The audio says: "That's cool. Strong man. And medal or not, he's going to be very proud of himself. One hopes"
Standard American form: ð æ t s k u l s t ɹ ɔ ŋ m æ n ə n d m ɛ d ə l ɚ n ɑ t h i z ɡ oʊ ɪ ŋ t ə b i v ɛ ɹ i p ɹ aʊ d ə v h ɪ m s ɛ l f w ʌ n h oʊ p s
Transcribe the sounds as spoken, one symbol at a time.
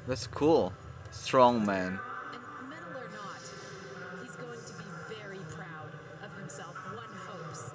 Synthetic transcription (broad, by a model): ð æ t s k u l s t ɹ ɔ ŋ m æ n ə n m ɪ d l ɚ n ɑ t h i z ɡ oʊ ɪ ŋ t ə b i v ɛ ɹ i p ɹ aʊ d ə v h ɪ m s ɛ l f w ʌ n h oʊ p s